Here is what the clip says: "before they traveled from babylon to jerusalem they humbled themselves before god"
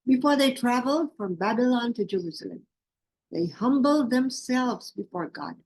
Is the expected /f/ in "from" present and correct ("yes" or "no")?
yes